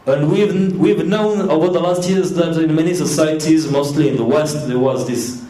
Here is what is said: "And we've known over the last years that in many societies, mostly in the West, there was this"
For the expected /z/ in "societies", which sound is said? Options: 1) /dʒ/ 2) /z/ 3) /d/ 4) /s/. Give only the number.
2